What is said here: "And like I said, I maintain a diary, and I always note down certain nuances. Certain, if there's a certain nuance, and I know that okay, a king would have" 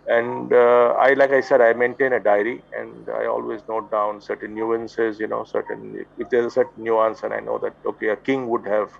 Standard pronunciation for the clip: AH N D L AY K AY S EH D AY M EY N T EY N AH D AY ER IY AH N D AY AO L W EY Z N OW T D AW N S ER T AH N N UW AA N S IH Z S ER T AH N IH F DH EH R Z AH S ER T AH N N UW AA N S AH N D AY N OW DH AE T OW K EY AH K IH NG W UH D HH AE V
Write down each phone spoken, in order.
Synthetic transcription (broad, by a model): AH N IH L AY K AY S EH D AY M EY N T EY N AH D AY ER IY AH N D AY AO L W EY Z N OW T D AW N S ER T AH N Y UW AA N S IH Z S ER T AH N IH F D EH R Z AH S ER T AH N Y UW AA N S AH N AY N OW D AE T OW K EY AH K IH NG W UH D HH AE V